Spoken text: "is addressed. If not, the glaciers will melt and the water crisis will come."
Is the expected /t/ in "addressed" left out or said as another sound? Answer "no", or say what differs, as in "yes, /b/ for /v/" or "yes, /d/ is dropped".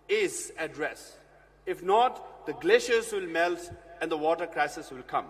yes, /t/ is dropped